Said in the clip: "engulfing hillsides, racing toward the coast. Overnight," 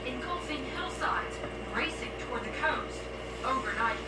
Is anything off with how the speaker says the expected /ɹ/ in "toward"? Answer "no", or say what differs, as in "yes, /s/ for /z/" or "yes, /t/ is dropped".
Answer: no